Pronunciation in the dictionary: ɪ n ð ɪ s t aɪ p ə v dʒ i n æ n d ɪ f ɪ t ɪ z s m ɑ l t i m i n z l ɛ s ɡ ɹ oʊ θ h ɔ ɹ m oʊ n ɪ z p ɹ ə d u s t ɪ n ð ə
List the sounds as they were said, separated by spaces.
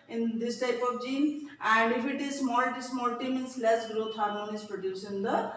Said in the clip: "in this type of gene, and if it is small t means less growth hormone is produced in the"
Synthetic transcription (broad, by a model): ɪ n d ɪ s t aɪ p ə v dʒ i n æ n d ɪ f ɪ t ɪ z s m ɑ l t i m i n s l ɛ s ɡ ɹ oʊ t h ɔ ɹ oʊ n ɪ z p ɹ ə d u s ɪ n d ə